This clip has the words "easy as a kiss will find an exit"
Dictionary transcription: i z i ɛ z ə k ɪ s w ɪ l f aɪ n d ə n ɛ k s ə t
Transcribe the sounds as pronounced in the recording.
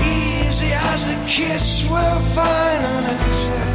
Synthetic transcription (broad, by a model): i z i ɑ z ə k ɪ s w ɪ l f aɪ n ə n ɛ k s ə